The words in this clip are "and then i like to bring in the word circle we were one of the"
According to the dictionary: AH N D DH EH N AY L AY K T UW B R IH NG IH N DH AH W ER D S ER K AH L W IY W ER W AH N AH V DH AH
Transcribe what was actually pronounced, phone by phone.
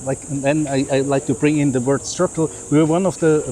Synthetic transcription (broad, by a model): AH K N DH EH N AY L AY K T UW B R IH NG IH N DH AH W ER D S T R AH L W IY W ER W AH N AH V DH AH